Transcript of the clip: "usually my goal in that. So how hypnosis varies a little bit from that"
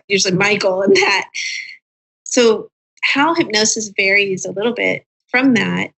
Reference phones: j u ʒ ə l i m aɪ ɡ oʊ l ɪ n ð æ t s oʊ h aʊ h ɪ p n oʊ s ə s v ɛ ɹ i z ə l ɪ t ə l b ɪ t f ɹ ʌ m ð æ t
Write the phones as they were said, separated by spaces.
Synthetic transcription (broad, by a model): j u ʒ l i m aɪ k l ɪ n ð æ t s oʊ h aʊ h ɪ p n oʊ s ə s v ɛ ɹ i z ə l ɪ t l b ɪ t f ɹ ʌ m ð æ t